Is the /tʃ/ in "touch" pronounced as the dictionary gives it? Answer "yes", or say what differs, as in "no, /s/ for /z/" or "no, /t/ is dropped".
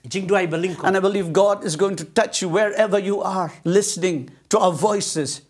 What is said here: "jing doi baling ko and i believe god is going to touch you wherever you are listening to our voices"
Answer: yes